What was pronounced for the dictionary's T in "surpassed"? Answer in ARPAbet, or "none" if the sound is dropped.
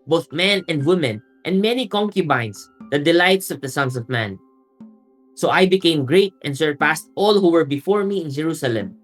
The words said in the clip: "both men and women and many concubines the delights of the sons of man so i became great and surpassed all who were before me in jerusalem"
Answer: T